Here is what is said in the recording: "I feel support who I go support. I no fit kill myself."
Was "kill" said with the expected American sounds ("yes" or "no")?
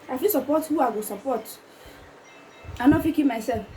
no